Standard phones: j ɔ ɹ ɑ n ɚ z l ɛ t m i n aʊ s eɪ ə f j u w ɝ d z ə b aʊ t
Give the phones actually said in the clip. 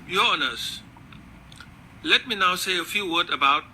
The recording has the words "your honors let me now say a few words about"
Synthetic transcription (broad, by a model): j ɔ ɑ n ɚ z l ɛ t m i n aʊ s eɪ ə f j u w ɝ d ə b aʊ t